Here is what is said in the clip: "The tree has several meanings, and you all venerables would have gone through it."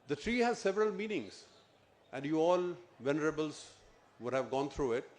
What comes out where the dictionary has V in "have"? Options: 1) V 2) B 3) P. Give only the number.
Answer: 1